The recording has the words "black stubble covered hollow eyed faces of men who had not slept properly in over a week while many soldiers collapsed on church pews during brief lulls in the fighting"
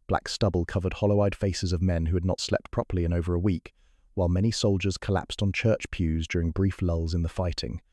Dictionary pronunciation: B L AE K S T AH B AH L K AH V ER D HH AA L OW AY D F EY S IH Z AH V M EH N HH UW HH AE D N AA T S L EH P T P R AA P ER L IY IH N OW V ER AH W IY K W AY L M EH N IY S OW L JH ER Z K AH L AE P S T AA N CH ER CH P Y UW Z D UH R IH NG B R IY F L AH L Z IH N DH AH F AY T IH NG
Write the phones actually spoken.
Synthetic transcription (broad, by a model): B L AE K S T AH B AH L K AH V ER D HH AA L OW AY D F EY S IH Z AH V M EH N HH UW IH D N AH T S L EH P T P R AA P ER L IY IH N OW V ER AH W IY K W AY L M EH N IY S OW L JH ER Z K AH L AE P S T N CH ER CH P Y UW Z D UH R IH NG B R IY F L AH L Z IH N DH AH F AY T IH NG